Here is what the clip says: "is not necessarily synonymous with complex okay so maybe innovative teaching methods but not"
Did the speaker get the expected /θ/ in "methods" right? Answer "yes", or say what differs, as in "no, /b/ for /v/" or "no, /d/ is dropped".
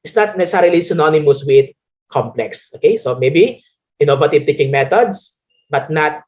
no, /t/ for /θ/